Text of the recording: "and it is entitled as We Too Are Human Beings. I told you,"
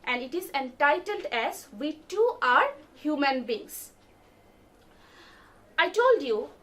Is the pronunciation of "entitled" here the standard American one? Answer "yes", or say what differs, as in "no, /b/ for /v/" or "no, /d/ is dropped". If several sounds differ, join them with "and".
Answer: yes